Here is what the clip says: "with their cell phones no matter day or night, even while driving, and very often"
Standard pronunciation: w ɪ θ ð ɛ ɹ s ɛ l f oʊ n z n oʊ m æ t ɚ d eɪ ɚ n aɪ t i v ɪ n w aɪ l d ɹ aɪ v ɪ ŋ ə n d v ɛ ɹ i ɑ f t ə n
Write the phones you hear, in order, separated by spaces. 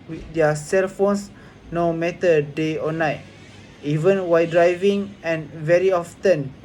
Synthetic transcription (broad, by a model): w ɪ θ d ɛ s ɛ l f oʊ n s n oʊ m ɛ t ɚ d eɪ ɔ n aɪ t i v ɪ n w aɪ d ɹ aɪ v ɪ ŋ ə n v ɛ ɹ i ɑ f t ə n